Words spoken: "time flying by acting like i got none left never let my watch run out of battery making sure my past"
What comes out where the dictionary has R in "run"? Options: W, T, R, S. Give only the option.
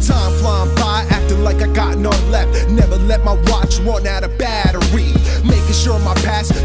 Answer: W